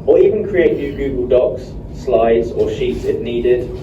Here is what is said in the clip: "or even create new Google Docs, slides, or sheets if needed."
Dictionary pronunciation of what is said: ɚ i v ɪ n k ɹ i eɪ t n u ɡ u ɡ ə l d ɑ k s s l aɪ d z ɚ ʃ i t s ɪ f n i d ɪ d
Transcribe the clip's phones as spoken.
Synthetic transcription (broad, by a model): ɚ i v ɪ n k ɹ i eɪ t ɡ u ɡ u ɡ ə l d ɑ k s s l aɪ d z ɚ ʃ i t s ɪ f n i d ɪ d